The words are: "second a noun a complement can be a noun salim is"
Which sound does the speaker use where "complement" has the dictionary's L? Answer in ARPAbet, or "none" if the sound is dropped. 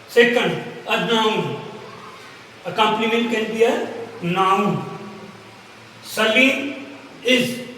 N